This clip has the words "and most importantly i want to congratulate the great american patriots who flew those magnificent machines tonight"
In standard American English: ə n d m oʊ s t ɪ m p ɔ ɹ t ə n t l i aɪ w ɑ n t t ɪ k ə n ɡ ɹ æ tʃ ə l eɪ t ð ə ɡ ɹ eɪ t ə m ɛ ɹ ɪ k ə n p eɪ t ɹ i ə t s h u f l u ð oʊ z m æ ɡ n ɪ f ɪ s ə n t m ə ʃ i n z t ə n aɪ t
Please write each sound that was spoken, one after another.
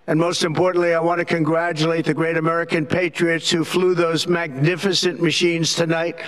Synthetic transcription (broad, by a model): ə n m oʊ s t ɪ m p ɔ ɹ t n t l i aɪ w ɑ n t t ɪ k ə n ɡ ɹ æ tʃ ə l eɪ t ð ə ɡ ɹ eɪ t ə m ɛ ɹ ɪ k ə n p eɪ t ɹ i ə t s h u f l u ð oʊ z m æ ɡ n ɪ f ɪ s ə n m ə ʃ i n z t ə n aɪ t